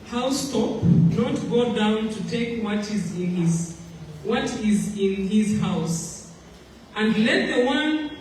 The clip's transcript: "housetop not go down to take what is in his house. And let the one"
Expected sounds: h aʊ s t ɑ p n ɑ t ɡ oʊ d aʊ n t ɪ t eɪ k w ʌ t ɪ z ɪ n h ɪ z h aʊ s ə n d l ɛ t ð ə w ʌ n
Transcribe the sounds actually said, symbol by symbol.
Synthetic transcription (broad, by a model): h aʊ s t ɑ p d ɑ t ɡ oʊ d aʊ n t ɪ t eɪ k w ʌ t ɪ z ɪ n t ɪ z h aʊ s ə n d l ɛ t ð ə w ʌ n